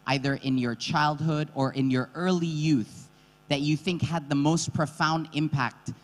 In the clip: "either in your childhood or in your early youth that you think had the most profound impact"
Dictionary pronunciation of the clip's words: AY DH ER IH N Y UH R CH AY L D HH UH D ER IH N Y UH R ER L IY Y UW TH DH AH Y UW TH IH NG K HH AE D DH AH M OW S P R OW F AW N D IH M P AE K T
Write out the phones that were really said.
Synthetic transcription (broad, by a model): AY DH ER IH N Y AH R CH AY L D HH UH D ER IH N Y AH R ER L IY Y UW TH DH AH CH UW TH IH NG K HH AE D DH AH M OW S P R OW F AW N D IH M P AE K T